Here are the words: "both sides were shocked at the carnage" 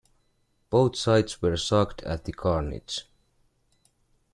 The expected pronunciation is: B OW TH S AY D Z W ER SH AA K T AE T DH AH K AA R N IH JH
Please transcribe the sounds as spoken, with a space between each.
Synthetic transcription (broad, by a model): B OW TH S AY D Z W ER S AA K T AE T DH AH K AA R N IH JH